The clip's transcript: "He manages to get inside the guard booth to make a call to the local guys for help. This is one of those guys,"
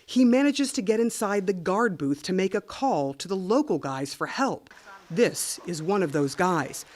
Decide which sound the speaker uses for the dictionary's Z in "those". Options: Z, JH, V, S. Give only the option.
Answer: Z